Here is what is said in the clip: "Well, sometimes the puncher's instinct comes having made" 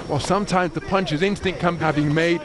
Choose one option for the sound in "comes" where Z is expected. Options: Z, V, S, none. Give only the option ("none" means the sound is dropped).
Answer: none